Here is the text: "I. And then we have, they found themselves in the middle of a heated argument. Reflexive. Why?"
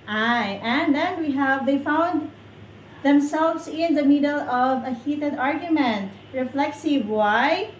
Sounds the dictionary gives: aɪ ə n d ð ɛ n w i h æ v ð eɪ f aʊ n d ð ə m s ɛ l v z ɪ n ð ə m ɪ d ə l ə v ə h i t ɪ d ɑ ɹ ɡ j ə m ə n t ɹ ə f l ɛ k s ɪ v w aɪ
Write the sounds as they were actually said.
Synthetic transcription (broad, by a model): aɪ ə n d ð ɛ n w i h æ v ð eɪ f aʊ n d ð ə m s ɛ l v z ɪ n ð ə m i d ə l ə v ə h i t ɪ d ɑ ɹ ɡ j ə m ə n t ɹ ə f l ɛ k s ɪ v w aɪ